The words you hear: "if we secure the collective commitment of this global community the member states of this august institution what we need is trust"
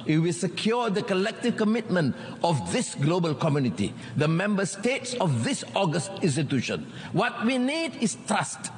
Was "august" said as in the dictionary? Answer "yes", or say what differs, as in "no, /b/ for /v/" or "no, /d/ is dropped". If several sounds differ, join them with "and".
yes